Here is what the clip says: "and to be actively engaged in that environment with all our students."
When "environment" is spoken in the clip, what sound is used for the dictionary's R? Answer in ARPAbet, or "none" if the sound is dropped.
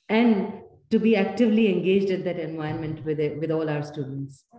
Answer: none